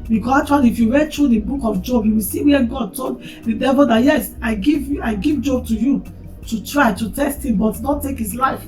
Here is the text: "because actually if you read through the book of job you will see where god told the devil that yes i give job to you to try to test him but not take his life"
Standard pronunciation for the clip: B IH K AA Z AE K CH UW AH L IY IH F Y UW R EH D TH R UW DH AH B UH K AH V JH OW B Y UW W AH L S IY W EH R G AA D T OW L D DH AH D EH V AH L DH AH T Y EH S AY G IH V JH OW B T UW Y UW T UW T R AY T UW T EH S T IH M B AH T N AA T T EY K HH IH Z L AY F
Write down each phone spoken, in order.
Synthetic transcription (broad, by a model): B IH K AA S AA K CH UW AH L IY F Y UW R EH D T R UW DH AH B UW K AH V JH OW B Y UW W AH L S IY W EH G AA D T OW L D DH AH D EH V AH L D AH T Y EH S AY G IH V JH OW B T UW Y UW T UW T R AY T UW T EH S T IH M B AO T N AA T T EY K HH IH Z L AY F